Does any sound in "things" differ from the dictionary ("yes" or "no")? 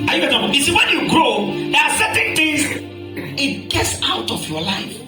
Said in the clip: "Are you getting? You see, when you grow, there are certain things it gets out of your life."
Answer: yes